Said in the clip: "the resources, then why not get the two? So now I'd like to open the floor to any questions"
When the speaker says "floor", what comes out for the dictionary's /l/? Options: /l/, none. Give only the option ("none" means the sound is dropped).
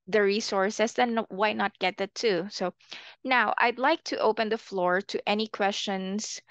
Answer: /l/